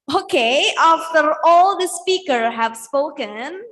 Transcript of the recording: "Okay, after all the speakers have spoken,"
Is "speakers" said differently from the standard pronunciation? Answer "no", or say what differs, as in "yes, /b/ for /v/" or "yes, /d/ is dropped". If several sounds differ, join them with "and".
yes, /z/ is dropped